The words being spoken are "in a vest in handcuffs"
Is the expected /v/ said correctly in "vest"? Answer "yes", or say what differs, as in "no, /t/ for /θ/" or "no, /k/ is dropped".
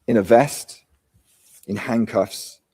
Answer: yes